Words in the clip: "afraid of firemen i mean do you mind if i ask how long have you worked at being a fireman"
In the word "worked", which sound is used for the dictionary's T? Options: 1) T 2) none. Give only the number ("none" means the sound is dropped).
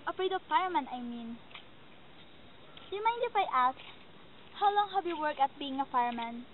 2